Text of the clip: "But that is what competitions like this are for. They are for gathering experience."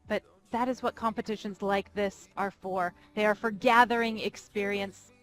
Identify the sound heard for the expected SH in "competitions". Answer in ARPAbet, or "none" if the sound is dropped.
SH